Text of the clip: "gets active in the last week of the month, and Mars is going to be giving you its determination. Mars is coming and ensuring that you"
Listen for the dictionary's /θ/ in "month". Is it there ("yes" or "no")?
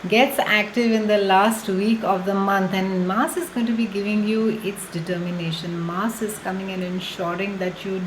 no